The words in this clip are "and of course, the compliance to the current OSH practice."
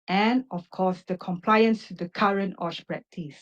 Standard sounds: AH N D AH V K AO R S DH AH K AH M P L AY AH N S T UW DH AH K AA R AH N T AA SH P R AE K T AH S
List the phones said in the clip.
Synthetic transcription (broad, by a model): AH N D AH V K AO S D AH K AH M P L AY AH N S T UW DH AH K AA R AH N T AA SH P R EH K T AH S